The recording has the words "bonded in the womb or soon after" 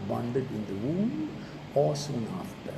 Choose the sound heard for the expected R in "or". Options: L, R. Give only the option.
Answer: L